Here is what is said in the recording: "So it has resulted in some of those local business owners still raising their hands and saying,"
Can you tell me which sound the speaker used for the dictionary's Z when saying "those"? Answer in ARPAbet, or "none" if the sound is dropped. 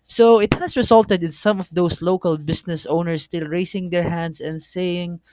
S